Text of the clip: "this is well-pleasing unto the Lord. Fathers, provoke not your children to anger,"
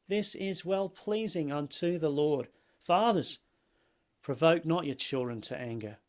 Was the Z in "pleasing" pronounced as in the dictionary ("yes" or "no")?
yes